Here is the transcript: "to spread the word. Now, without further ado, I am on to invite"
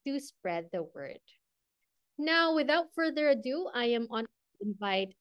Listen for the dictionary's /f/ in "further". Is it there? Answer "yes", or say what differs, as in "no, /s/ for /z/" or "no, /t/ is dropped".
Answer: yes